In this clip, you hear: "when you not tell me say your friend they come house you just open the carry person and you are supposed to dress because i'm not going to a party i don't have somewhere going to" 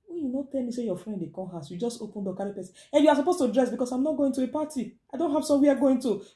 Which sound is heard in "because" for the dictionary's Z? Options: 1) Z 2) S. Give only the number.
2